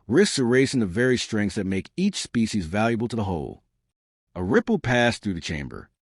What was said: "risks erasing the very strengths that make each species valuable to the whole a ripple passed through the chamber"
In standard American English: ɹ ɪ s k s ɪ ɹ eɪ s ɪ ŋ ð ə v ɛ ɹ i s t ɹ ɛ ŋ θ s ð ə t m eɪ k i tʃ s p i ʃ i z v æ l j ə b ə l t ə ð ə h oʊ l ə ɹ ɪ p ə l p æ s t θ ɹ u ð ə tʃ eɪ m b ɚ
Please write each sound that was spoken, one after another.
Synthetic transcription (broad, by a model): ɹ ɪ s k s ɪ ɹ eɪ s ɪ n ð ə v ɛ ɹ i s t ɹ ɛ ŋ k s ð ə t m eɪ k i tʃ s p i ʃ i z v æ l j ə b l t ə ð ə h oʊ l ə ɹ ɪ p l p æ s θ ɹ u ð ə tʃ eɪ m b ɚ